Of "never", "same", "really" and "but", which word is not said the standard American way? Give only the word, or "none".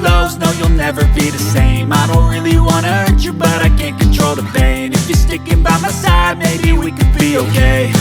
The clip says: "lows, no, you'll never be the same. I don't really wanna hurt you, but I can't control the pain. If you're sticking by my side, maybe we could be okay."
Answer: none